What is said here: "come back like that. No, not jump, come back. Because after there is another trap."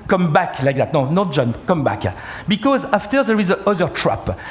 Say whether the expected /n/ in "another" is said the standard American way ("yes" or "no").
no